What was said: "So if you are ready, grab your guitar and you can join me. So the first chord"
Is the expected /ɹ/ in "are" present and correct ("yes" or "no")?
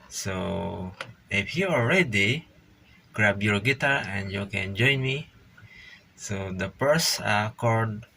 no